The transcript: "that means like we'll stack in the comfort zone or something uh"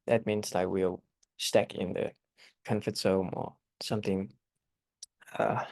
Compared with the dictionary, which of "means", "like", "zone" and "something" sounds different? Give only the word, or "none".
zone